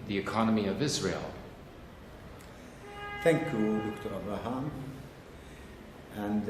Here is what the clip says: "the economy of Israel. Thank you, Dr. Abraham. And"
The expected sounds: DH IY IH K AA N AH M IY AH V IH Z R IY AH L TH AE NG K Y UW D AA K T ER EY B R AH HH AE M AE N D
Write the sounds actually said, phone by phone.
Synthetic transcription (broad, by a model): DH IY IH K AA N AH M IY AH V IH Z R IY AH L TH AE NG K Y UW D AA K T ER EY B AH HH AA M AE N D